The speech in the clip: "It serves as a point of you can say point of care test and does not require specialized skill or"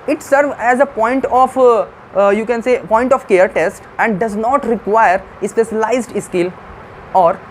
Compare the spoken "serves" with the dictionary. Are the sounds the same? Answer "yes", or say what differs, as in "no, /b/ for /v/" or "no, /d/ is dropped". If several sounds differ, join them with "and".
no, /z/ is dropped